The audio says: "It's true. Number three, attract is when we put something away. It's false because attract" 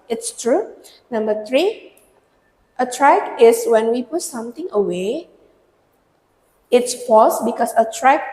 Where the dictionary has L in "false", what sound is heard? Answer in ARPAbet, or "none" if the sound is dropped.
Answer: none